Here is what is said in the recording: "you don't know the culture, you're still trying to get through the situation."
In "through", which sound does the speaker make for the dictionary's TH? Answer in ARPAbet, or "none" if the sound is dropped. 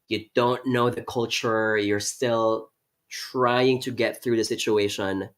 TH